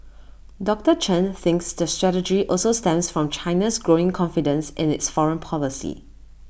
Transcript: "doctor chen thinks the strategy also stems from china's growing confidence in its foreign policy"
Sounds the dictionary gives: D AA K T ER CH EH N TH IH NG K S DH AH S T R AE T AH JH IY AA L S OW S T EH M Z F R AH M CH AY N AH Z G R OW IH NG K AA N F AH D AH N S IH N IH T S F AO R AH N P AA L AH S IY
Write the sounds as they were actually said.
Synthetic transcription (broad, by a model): D AA K T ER CH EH N TH IH NG K S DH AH S T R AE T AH JH IY AA L S OW S T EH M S F R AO M CH AY N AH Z G R OW IH NG K AA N F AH D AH N S IH N IH T S F AO R AH N P AA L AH S IY